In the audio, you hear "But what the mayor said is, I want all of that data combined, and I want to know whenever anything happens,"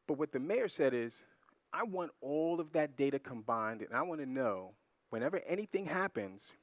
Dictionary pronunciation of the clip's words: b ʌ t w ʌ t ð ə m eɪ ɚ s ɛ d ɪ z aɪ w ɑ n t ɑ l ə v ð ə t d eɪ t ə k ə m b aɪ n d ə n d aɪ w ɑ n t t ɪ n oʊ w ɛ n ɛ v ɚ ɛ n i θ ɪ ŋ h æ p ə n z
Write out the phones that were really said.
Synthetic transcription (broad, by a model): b ʌ t w ʌ t ð ə m eɪ ɚ s ɛ d ɪ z aɪ w ɑ n t ɑ l ə v ð ə t d eɪ t ə k ə m b aɪ n d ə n aɪ w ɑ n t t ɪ n oʊ w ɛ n ɛ v ɚ ɛ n i θ ɪ ŋ h æ p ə n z